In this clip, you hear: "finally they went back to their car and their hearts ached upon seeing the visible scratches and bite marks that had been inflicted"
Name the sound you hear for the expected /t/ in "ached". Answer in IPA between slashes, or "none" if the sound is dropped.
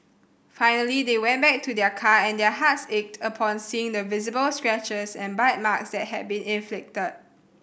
/t/